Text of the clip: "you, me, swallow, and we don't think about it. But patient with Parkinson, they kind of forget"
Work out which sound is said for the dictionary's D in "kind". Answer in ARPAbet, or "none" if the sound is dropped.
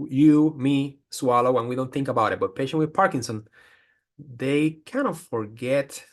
none